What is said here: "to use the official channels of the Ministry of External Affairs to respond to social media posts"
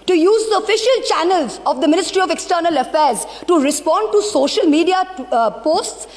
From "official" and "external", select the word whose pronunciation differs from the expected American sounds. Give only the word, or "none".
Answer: none